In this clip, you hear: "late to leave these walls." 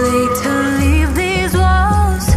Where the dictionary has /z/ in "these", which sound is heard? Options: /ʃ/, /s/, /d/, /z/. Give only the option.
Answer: /z/